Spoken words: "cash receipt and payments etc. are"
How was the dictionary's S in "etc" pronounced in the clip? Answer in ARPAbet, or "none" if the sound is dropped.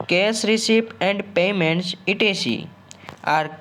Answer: none